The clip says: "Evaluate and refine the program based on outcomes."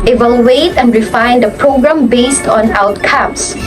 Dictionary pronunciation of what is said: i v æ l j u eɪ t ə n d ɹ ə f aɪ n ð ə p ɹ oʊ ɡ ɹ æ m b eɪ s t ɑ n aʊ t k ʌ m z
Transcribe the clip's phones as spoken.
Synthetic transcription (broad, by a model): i v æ l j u eɪ t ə n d ɹ ə f aɪ n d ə p ɹ oʊ ɡ ɹ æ m b eɪ s t ɑ n aʊ t k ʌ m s